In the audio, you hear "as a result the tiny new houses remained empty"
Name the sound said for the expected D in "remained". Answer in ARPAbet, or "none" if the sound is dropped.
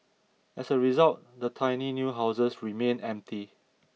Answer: none